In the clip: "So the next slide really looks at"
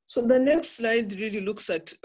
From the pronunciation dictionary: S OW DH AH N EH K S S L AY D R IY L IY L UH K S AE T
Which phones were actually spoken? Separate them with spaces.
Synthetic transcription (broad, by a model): S OW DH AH N EH K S S L AY D R IY L IY L UH K S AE T